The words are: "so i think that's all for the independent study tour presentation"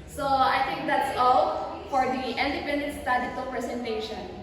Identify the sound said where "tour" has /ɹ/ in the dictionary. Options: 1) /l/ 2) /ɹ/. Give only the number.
1